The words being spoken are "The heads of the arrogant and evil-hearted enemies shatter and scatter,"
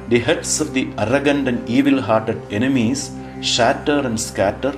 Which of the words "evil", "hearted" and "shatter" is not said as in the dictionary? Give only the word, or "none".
none